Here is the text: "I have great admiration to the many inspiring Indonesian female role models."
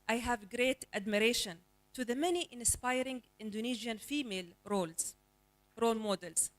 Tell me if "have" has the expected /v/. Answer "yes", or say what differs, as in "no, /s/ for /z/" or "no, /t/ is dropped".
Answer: yes